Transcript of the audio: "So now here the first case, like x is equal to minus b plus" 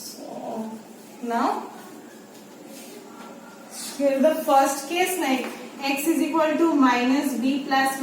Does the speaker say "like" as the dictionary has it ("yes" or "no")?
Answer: no